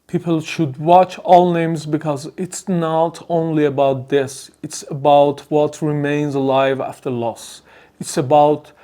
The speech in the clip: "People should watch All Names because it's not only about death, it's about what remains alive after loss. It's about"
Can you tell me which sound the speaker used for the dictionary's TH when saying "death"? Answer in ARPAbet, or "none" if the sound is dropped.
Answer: S